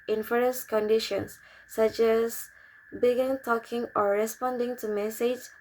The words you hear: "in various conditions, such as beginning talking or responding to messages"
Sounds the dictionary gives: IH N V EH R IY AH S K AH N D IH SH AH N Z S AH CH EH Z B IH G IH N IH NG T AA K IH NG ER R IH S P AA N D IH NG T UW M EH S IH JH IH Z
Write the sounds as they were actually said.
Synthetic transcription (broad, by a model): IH N F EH R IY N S K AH N D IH SH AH N S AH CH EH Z B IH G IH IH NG T AA K IH NG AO R IH S P AA N D IH NG T UW M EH S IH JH